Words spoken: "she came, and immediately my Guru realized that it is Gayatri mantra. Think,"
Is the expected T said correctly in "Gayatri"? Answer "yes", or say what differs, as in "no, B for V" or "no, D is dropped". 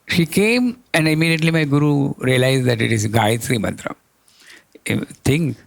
no, S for T